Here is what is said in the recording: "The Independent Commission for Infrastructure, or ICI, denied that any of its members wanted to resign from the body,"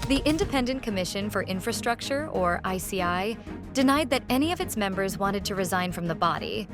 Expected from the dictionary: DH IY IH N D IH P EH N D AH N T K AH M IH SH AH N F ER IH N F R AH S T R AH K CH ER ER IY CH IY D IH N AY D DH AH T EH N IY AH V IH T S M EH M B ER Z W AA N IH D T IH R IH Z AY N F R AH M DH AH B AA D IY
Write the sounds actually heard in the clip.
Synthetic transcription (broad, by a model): DH IY IH N D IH P EH N D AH N K AH M IH SH AH N F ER IH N F R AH S T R AH K CH ER ER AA S IY D IH N AY D DH AH T EH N IY AH V IH T S M EH M B ER Z W AA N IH D T IH R IH Z AY N F R AH M DH AH B AA D IY